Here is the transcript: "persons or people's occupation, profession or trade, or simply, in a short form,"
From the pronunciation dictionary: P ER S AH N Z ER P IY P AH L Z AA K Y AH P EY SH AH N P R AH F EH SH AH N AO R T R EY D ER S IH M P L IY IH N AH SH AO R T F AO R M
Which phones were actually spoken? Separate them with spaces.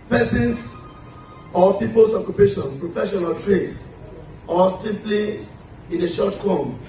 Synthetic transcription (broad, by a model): P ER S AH N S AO P IY P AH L S AA K Y AH P EY SH AH N P R AH F EH SH AH N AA L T R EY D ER S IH M P L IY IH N AH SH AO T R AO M